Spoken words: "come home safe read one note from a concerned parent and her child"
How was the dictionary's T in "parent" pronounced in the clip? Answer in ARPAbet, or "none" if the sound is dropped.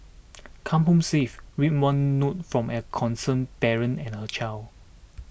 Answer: none